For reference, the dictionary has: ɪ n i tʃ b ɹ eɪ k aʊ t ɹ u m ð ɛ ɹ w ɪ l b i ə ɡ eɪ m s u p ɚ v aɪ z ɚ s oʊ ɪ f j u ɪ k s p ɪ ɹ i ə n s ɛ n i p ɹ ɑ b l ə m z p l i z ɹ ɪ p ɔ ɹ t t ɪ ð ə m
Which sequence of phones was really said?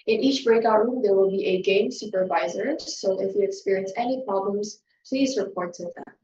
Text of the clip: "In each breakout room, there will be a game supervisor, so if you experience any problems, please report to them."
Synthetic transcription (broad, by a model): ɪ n i tʃ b ɹ eɪ k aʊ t ɹ u m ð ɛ ɹ w ɪ l b i ə ɡ eɪ m s u p ɚ v aɪ z ɚ s oʊ ɪ f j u ɪ k s p ɪ ɹ i ə n s ɛ n i p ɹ ɑ b l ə m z p l i z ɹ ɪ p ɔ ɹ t t ɪ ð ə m